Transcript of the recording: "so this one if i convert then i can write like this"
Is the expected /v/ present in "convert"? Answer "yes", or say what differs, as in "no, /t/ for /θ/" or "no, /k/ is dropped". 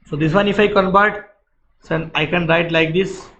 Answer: no, /b/ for /v/